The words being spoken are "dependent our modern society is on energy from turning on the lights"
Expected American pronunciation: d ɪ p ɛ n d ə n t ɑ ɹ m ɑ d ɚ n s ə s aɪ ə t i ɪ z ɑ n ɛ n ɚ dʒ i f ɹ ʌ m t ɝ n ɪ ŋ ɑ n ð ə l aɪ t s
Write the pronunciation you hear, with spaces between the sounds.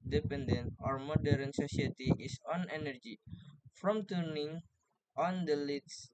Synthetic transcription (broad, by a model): d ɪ p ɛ n d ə n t ɑ ɹ m ɑ d ɚ n s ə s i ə t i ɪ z ɑ n ɛ n ɚ dʒ i f ɹ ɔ m t ɝ n ɪ ŋ ɑ n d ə l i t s